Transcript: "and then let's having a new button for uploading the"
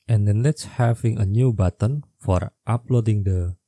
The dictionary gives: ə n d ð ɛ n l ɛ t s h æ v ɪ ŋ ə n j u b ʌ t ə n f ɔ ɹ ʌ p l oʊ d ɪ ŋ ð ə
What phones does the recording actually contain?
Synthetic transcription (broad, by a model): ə n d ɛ n l ɛ t s h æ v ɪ ŋ ə n j u b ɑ t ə n f ɔ ɹ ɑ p l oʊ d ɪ ŋ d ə